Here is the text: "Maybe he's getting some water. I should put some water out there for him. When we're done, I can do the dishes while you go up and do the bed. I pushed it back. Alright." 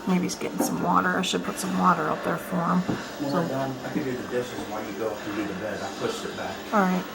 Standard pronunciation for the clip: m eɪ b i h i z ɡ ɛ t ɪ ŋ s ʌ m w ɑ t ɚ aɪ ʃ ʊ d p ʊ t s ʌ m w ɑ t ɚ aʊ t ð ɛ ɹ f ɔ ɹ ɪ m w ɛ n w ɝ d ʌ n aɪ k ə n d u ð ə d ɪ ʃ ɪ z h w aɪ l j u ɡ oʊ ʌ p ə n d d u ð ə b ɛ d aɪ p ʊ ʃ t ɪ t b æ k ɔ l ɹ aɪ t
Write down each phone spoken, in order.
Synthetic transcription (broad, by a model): m eɪ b i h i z ɡ ɛ t ɪ ŋ s ʌ m w ɑ t ɚ aɪ ʃ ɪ d p ʊ t s ʌ m w ɑ t ɚ aʊ t ð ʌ ɹ f ɔ ɹ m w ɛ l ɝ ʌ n aɪ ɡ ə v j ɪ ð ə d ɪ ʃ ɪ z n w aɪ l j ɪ ɡ oʊ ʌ f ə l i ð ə b ɛ d aɪ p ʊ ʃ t ɪ t b æ k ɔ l ɹ aɪ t